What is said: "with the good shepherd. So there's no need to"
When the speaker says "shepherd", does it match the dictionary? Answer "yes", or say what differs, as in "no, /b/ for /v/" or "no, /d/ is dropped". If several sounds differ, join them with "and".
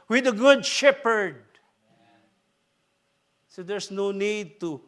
yes